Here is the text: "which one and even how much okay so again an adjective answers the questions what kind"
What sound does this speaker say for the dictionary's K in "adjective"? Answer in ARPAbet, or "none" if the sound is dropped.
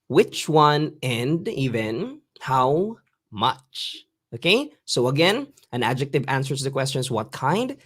K